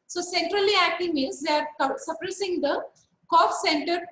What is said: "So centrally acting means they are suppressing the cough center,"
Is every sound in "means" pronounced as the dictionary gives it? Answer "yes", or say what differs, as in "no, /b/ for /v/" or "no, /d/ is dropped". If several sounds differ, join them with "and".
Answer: no, /n/ is dropped